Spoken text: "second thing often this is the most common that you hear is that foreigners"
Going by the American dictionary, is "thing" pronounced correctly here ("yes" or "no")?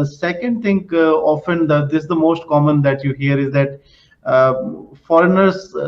no